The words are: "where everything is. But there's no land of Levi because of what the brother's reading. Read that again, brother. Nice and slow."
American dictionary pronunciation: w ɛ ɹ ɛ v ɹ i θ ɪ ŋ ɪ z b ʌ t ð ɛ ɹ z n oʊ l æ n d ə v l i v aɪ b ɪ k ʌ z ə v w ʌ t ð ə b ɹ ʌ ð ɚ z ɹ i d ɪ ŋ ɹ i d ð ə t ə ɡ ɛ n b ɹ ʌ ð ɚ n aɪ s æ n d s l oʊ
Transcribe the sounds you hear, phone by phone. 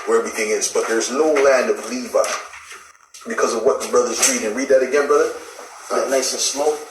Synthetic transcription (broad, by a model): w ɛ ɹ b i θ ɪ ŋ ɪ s b ʌ t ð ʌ ɹ z n oʊ l æ n d ə v l i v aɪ b ɪ k ʌ z ə v w ʌ t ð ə b ɹ ʌ ð ɚ z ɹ i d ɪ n ɹ i d ð ə t ə ɡ ɛ n b ɹ ʌ ð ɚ n aɪ s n s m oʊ